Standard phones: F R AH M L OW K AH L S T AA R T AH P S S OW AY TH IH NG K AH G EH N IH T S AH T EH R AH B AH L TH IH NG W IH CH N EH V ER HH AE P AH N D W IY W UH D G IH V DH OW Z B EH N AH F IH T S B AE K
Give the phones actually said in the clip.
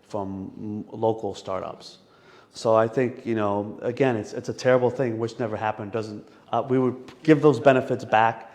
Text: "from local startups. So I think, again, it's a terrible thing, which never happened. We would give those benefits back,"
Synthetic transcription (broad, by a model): F R AH M L OW K L S T AA R T AH P S S OW AY TH IH NG K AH G EH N IH T S AH T EH R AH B L TH IH NG W IH CH N EH V ER HH AE P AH N D W IY W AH D G IH V DH OW Z B EH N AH F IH T S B AE K